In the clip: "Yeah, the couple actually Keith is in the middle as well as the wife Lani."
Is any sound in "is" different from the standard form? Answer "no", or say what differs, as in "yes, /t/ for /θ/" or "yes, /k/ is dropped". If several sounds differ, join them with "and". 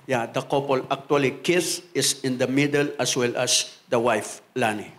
yes, /s/ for /z/